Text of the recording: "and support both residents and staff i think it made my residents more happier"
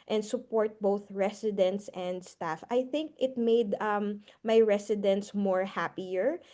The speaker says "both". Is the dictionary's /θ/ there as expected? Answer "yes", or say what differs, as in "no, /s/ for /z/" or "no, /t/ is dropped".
yes